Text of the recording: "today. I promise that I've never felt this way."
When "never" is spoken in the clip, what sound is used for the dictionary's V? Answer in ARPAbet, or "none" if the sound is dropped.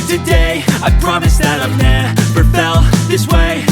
F